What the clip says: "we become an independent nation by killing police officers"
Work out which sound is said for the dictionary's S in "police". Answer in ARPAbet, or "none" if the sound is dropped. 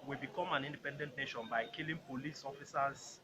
S